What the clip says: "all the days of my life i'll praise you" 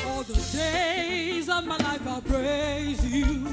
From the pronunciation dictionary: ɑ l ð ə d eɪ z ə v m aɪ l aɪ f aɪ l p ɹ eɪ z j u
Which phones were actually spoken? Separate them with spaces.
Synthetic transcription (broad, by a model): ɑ l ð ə d eɪ z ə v m aɪ l aɪ f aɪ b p ɹ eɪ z j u